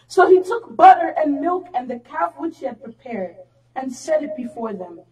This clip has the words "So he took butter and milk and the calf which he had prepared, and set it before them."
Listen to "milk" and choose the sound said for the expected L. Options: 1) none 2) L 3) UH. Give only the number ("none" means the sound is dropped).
2